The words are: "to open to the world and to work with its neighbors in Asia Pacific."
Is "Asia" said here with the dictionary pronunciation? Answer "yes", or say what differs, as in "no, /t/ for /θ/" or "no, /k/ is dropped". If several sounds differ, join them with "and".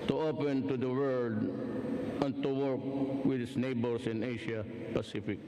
no, /ʃ/ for /ʒ/